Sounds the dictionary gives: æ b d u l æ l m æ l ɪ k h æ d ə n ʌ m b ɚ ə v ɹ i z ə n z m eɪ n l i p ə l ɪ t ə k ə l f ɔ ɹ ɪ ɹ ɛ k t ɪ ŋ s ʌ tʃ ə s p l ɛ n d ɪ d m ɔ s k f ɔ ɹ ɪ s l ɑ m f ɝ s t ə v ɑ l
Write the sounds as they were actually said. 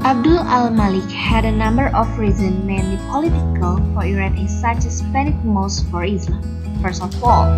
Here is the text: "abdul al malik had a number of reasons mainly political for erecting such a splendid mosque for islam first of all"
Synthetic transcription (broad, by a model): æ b d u l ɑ l m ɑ l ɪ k h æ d ə n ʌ m b ɚ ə f ɹ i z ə n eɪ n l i p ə l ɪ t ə k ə l f ɔ ɹ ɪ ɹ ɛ t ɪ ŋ s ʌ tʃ ə s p ɛ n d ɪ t m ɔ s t f ɔ ɹ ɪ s l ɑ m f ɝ s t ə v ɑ l